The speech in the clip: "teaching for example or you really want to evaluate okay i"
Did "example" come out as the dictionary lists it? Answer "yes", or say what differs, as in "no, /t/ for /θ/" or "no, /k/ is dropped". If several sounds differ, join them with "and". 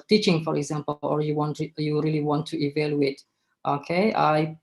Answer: no, /w/ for /l/